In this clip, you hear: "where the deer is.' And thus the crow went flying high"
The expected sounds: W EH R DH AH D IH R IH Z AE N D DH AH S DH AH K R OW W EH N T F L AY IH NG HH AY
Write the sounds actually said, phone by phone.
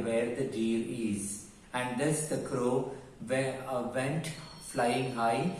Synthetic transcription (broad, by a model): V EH R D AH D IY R IH Z AE N D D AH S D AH K R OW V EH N T F L AY IH NG HH AY